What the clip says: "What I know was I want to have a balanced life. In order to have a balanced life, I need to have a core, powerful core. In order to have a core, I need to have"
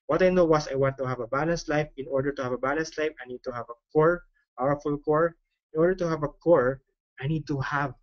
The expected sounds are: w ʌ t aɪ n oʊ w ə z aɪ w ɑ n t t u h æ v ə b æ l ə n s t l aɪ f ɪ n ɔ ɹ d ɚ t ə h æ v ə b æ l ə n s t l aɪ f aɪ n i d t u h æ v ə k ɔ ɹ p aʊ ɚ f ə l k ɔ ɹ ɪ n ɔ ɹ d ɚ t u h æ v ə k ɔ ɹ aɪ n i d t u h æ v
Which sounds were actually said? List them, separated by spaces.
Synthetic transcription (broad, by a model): w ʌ t aɪ n oʊ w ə s aɪ w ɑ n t t u h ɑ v ə b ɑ l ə n s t l aɪ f ɪ n ɔ ɹ d ɚ t ə h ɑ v ə b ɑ l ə n s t l aɪ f aɪ n i d t u h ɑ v ə k ɔ ɹ p aʊ ɚ f ə l k ɔ ɹ ɪ n ɔ ɹ d ɚ t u h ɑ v ə k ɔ ɹ aɪ n i d t u h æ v